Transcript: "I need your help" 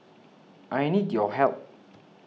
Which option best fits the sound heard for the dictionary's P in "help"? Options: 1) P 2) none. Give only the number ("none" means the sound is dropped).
2